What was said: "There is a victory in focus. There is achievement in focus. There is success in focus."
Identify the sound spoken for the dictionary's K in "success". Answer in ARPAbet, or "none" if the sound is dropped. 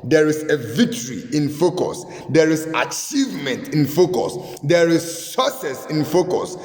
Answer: none